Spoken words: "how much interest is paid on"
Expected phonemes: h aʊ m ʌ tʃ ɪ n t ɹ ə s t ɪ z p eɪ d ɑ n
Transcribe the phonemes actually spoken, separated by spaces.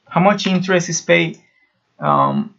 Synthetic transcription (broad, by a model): h aʊ m ʌ tʃ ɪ n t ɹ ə s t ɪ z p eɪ ʌ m